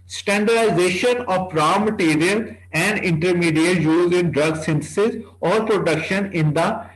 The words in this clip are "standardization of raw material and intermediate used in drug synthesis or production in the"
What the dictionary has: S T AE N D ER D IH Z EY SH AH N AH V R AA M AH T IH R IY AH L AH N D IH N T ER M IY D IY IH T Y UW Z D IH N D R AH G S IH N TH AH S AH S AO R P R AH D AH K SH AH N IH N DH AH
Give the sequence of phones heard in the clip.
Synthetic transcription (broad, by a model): S T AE N D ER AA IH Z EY SH AH N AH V R AA M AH T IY R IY AH L AH N D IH N T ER M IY D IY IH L Y UW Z IH N D R AH G S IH N T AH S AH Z AO R P R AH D AH K SH AH N IH N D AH